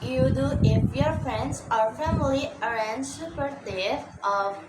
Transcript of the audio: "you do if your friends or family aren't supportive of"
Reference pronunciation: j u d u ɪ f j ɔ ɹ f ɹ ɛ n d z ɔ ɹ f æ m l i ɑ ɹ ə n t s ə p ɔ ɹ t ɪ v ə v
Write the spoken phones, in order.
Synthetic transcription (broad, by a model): j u d u ɪ f j ɔ ɹ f ɹ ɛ n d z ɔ ɹ f æ m l i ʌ ɹ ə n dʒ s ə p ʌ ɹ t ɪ ə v